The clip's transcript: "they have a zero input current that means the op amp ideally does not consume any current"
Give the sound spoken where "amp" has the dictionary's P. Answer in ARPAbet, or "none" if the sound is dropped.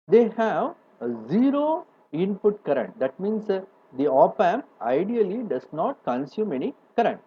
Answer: none